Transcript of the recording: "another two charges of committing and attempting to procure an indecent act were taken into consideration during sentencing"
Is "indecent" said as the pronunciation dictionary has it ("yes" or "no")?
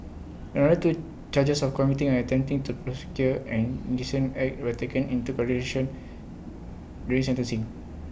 no